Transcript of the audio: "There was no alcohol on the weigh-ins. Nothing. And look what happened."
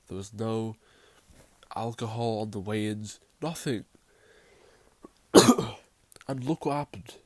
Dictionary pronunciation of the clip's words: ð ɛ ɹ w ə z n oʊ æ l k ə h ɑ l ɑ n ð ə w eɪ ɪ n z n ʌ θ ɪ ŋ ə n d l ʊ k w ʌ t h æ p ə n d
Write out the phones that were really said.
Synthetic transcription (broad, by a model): ð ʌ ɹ w ə z n oʊ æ l k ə h ɑ l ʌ n ð ə w eɪ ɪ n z n ʌ θ ɪ ŋ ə n l ʊ k w ʌ t h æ p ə n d